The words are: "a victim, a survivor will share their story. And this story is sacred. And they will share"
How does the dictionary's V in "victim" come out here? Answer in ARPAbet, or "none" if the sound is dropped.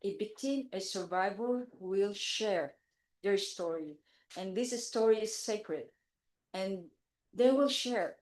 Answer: B